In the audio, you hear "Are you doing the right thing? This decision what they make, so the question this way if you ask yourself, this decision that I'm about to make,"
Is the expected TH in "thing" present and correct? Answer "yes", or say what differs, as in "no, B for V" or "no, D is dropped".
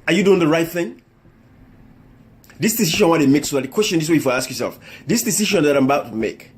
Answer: yes